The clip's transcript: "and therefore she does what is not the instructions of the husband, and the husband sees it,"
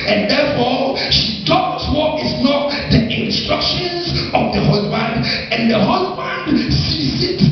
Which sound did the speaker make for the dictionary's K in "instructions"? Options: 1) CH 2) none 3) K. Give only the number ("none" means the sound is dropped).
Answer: 3